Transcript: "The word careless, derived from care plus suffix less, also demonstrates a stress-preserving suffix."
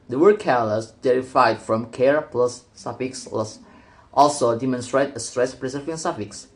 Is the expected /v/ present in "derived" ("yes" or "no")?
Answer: no